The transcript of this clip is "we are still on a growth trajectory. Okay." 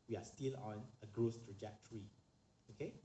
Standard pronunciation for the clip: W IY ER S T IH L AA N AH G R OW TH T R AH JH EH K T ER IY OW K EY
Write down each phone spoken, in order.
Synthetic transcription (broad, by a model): W IY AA S T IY L AA N AH G R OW S T R AH JH EH K T ER IY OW K EY